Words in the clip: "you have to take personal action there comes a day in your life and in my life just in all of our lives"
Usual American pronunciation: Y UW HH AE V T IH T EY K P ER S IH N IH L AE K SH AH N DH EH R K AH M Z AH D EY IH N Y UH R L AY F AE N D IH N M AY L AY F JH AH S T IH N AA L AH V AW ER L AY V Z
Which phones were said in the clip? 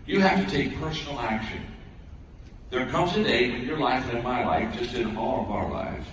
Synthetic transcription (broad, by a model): Y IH HH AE F T IH T EY K P ER S N L AE K SH AH N DH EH R K AH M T AH D EY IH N Y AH R L AY F IH N M AY L AY F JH AH S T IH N AA L AH V AW ER L AY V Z